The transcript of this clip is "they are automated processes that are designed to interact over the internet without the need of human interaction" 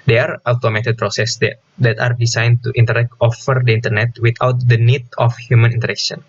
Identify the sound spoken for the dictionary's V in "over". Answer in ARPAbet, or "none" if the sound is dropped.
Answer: F